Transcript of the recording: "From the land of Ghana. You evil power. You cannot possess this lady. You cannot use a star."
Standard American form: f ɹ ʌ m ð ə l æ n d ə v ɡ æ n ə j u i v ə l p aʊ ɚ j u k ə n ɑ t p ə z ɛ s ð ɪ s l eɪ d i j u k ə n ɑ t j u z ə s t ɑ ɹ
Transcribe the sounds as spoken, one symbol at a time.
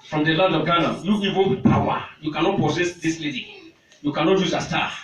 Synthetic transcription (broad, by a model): f ɹ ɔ m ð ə l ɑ n d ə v ɡ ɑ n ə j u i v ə n p aʊ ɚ j u k ə n ɑ t p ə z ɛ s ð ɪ s l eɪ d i j u k ə n ɑ t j u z ə s t ɑ